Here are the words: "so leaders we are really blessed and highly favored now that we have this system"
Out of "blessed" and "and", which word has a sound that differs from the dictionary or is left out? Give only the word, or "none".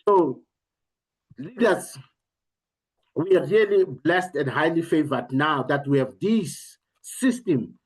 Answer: none